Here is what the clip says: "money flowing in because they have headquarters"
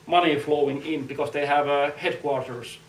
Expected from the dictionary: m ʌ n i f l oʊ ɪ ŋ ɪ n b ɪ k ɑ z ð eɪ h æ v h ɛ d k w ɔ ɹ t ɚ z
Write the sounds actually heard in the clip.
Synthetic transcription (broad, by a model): m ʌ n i f l oʊ ɪ ŋ ɪ n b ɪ k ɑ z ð eɪ h æ v h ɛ d k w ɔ ɹ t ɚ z